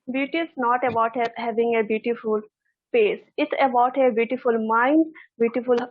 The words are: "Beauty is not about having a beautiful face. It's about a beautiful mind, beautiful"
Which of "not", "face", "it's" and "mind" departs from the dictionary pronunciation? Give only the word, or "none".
face